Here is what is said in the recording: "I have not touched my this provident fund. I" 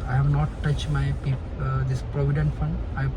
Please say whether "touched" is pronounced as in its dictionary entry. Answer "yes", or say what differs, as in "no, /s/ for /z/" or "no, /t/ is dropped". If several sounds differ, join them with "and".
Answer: yes